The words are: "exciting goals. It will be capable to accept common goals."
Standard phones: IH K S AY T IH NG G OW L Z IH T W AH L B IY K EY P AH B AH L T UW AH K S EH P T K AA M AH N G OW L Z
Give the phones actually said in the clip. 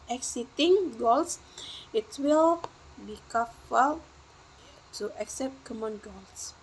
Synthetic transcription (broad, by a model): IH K S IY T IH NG G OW L S IH T W AH L B IY K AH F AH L T UW AH K S EH P T K AA M AH N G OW L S